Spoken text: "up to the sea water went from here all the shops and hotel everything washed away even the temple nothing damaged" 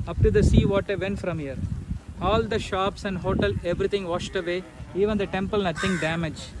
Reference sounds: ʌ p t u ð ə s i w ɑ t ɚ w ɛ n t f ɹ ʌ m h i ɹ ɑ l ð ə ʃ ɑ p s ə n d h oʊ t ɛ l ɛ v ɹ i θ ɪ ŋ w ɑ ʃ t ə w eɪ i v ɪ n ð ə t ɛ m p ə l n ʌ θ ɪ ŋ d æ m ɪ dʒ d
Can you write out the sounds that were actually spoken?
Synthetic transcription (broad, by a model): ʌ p t u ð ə s i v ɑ t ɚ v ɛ n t f ɹ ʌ m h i ɹ ɑ l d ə ʃ ɑ p s ə n d h oʊ t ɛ l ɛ v ɹ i t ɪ ŋ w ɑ ʃ t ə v eɪ i v ɪ n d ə t ɛ m p ə l n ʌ t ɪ ŋ d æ m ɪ dʒ